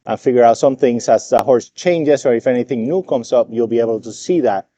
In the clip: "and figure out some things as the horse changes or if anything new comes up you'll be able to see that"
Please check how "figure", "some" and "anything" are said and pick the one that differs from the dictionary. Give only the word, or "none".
none